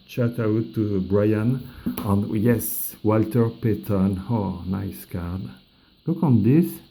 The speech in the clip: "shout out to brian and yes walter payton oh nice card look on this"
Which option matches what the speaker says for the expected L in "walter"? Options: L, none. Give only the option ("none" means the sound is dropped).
L